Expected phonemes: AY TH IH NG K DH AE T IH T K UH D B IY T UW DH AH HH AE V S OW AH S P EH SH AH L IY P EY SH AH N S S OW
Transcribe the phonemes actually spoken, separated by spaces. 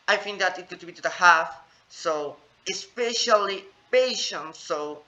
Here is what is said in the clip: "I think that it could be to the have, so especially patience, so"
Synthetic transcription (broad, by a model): AY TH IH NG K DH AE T IH T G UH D B IY T UW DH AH HH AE F S OW AH S P EH SH AH L IY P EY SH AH N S S OW